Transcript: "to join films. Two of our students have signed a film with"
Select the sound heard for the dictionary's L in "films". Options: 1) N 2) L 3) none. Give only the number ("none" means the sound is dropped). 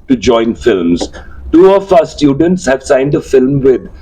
2